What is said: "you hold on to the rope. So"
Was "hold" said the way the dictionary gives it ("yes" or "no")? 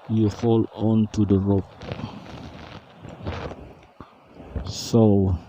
no